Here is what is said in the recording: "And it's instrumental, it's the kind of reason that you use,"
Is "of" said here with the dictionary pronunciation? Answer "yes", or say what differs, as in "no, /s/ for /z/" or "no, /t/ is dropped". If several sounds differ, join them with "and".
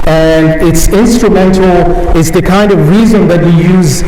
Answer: yes